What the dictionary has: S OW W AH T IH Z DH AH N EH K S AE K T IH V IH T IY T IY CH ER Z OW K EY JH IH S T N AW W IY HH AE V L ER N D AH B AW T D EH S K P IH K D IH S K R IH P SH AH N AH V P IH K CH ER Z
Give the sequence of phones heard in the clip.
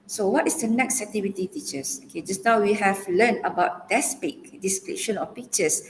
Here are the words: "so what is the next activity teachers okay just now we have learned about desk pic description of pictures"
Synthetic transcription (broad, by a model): S OW W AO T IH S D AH N EH K S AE T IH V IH T IY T IY CH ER S OW K EY JH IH S N AW W IY HH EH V L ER N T AH B AW T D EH S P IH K D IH S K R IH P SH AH N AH F P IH K CH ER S